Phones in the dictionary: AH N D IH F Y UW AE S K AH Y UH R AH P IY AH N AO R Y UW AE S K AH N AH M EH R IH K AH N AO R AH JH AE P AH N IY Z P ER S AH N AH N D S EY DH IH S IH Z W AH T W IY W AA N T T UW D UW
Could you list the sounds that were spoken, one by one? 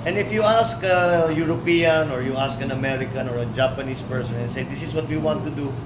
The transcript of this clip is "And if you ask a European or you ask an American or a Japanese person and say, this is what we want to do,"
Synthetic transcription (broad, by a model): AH N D IH F Y UW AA S K AH Y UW R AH P IY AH N AO R Y UW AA S K AH N AH M EH R IH K AH N AO R AH JH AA P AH N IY S P ER S AH N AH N S EY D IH S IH S W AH T W IY W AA N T T UW D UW